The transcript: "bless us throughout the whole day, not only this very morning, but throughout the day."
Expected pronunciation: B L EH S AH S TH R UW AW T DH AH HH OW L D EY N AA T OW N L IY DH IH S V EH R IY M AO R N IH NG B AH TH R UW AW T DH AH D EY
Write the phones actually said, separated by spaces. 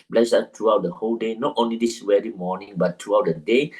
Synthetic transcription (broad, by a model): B L EH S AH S T R UW AW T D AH HH OW L D EY N AA T OW N L IY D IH S W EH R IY M AO N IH NG B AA T R UW AW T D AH D EY